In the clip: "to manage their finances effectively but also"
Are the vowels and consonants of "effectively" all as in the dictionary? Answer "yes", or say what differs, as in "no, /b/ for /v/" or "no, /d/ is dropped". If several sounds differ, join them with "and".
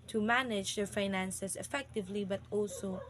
yes